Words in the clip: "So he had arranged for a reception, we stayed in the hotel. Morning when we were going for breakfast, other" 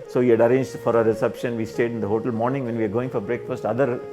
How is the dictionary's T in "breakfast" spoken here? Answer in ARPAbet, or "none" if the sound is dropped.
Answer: T